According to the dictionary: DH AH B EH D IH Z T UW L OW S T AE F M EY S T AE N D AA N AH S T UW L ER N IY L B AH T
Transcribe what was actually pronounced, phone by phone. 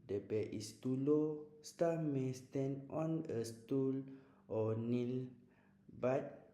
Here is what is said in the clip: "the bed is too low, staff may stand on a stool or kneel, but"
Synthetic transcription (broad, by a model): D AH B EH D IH S T UW L OW S T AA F M EY S T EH N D AA N AH S T UW L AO N IY L B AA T